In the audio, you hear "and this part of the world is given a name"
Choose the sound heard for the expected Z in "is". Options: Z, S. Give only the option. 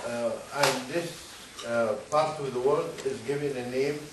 Z